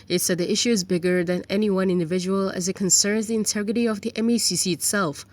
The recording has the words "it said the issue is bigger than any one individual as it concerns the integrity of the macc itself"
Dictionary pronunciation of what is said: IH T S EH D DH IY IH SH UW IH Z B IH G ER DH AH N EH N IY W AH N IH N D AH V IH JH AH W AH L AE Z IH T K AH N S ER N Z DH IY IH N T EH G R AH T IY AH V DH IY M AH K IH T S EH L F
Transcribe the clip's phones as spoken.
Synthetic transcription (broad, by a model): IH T S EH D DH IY IH SH UW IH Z B IH G ER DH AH N EH N IY W AH N IH N D AH V IH JH AH W AH L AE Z IH T K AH N S ER N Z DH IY IH N T EH G R AH T IY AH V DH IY M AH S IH T S EH L F